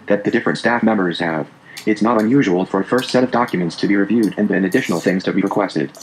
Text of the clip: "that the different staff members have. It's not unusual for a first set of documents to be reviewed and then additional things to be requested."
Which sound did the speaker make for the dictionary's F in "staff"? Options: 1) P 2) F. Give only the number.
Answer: 2